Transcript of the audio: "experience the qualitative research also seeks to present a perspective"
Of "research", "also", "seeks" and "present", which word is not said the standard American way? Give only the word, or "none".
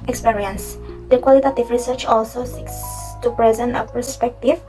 none